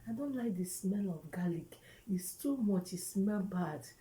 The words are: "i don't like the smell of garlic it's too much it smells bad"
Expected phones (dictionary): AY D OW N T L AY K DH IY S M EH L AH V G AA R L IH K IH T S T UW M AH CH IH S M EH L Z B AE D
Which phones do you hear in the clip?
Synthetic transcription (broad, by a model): AY D OW N T L AY K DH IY S M EH L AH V G AA L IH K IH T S T UW M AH CH IH S M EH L B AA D